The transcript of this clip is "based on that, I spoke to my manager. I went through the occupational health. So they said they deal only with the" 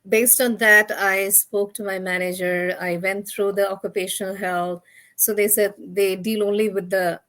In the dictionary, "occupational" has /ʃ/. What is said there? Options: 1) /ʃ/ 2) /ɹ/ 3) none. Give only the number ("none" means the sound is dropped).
1